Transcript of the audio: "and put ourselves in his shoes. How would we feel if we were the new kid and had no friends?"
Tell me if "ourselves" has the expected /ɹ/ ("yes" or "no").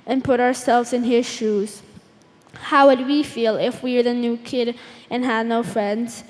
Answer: yes